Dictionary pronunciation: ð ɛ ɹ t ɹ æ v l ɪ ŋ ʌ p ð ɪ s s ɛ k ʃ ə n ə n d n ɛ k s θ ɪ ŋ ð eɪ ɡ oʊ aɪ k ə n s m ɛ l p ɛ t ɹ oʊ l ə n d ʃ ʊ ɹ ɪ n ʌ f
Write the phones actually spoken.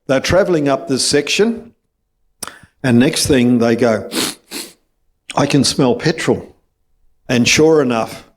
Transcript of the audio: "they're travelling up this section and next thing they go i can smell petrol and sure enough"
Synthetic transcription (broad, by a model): ð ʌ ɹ t ɹ æ v l ɪ ŋ ʌ p ð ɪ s s ɛ k ʃ ə n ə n n ɛ k s θ ɪ ŋ ð eɪ ɡ oʊ aɪ k ə n s m ɛ l p ɛ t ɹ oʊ l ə n ʃ ʊ ɹ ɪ n ʌ f